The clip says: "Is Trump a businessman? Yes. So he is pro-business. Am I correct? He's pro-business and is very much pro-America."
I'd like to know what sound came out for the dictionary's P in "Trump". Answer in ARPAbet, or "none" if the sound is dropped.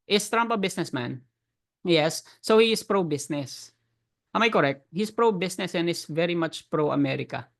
P